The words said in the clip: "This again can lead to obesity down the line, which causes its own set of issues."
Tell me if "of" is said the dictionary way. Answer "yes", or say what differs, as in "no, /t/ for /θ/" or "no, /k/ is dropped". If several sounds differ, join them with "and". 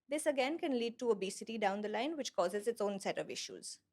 yes